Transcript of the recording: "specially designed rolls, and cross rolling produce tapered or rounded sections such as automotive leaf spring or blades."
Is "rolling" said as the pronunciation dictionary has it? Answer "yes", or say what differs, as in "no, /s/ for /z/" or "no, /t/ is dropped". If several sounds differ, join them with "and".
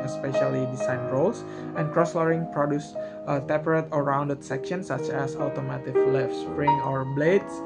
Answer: no, /l/ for /ɹ/